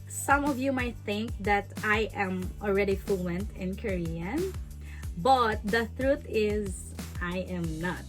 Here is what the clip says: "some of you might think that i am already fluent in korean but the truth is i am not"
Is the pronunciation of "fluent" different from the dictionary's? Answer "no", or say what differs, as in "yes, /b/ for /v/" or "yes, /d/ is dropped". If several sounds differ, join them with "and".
no